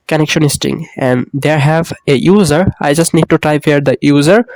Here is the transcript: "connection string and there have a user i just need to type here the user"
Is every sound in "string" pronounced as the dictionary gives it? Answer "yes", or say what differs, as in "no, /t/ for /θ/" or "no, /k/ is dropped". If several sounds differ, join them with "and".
no, /ɹ/ is dropped